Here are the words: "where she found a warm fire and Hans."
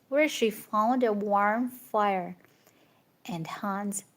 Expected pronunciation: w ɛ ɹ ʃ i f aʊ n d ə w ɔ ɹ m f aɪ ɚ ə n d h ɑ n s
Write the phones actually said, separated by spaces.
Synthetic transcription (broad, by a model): w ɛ ɹ ʃ i f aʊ l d ə w ɔ ɹ m f aɪ ɚ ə n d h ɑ n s